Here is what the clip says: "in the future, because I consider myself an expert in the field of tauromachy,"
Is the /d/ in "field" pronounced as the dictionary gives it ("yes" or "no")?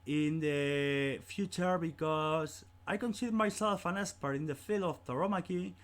no